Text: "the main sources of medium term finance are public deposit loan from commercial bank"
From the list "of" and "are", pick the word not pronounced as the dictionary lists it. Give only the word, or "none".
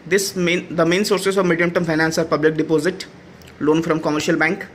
none